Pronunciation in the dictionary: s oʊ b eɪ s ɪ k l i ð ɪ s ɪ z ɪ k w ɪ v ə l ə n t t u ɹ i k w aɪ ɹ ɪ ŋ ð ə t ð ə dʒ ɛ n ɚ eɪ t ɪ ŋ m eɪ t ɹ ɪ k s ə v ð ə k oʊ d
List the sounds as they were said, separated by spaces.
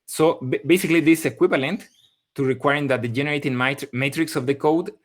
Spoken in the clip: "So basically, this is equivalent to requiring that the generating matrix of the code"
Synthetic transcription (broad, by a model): s oʊ b eɪ s ɪ k l i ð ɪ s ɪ k w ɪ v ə l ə n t t u ɹ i k w aɪ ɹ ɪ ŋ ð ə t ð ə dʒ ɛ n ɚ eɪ t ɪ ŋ m eɪ t ɹ ɪ k s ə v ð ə k oʊ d